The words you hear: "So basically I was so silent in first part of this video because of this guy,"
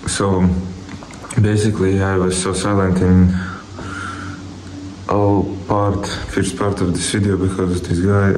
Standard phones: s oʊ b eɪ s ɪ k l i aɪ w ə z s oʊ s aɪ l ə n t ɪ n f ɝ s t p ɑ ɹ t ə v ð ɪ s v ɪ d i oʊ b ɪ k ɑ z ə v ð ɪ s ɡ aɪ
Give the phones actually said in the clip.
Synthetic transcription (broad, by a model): s oʊ b eɪ s ɪ k l i aɪ w ə z s oʊ s aɪ l ə n t ɪ n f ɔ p t p ɑ ɹ t ə v ð ɪ s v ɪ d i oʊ b ɪ k ɑ z ə v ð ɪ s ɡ aɪ